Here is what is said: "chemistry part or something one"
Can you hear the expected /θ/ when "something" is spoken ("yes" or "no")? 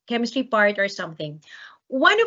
yes